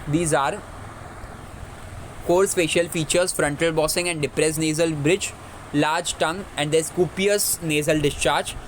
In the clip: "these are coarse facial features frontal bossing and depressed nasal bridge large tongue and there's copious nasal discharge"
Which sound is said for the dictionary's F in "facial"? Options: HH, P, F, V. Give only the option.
P